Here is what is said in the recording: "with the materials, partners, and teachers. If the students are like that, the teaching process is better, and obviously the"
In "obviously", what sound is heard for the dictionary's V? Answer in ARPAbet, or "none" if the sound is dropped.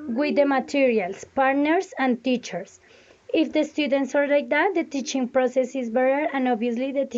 none